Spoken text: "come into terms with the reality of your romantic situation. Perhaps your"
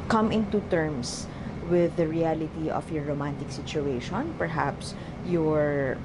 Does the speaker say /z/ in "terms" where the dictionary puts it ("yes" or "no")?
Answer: no